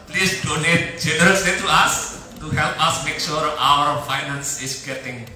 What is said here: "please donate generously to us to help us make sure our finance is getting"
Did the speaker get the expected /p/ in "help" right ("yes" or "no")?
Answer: yes